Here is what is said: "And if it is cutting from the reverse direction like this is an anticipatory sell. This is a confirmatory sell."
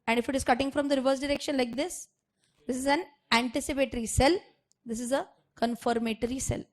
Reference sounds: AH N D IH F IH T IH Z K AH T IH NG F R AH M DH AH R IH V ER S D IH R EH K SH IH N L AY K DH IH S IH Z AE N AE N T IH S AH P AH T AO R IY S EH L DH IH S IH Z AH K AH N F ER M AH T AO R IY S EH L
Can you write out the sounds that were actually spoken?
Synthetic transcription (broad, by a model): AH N D IH F IH T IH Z K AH T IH NG F R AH M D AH R IH V ER S D IH R EH K SH IH N L AY K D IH S IH Z AE N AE N T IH S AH P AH T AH R IY S EH L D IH S IH Z AH K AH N F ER M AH T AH R IY S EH L